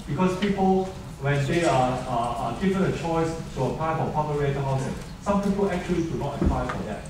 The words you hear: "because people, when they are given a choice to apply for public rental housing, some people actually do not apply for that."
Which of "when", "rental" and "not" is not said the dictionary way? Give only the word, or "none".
rental